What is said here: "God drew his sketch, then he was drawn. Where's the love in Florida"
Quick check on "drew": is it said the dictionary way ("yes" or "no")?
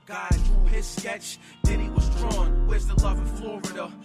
no